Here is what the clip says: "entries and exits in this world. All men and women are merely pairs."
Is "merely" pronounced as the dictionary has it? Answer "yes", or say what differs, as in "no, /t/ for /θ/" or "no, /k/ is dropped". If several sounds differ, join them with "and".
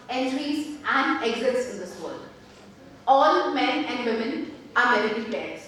no, /l/ is dropped